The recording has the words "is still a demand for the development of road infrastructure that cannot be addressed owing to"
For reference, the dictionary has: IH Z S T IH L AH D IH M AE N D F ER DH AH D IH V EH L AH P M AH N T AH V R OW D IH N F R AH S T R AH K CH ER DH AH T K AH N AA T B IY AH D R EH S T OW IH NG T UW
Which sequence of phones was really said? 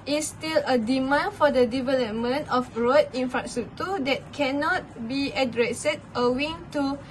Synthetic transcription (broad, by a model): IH S T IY L AH D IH M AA N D F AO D AH D IH V EH L AH P M AH N T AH F R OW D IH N F R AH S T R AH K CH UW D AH T K AH N AA T B IY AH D R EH S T OW IH NG T UW